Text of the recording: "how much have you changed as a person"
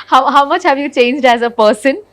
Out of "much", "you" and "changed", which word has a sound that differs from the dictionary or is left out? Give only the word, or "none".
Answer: none